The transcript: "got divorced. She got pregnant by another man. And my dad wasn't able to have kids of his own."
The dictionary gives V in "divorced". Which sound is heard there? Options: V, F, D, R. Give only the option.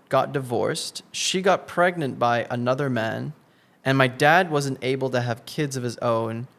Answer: V